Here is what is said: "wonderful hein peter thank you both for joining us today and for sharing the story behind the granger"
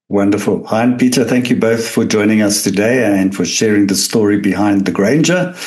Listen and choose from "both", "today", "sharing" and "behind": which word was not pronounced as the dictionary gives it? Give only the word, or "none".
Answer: none